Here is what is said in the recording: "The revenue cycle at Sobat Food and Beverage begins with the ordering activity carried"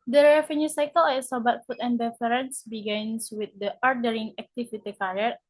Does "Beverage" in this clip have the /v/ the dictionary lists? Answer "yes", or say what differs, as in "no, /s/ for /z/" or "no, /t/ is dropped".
no, /f/ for /v/